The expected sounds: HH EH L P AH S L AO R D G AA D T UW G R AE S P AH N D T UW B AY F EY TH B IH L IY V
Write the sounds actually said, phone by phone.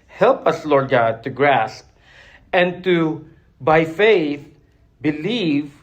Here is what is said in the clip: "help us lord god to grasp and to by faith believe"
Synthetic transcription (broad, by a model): HH EH L P AH S L AO R D G AA D T UW G R AE S P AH N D T UW B AY F EY TH B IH L IY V